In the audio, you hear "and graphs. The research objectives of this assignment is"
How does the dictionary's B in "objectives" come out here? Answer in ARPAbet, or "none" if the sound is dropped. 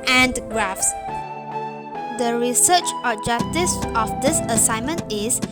none